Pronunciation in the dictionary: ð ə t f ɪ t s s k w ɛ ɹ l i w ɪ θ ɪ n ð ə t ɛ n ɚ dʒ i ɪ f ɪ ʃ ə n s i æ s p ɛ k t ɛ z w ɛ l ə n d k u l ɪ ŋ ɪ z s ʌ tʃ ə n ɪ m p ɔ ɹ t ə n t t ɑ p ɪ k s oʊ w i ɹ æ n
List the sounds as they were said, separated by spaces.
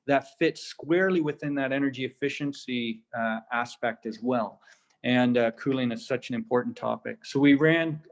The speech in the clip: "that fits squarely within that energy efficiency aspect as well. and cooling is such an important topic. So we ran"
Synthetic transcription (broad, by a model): ð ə t f ɪ t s s k w ɛ ɹ l i w ɪ θ ɪ n ð ə t ɛ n ɚ dʒ i ɪ f ɪ ʃ ə n s i æ s p ɛ k t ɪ z w ɛ l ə n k u l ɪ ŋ ɪ z s ʌ tʃ ə n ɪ m p ɔ ɹ t n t t ɑ p ɪ k s oʊ w i ɹ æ n